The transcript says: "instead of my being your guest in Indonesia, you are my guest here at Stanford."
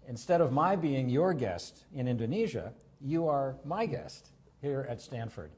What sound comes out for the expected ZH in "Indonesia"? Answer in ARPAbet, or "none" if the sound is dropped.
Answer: ZH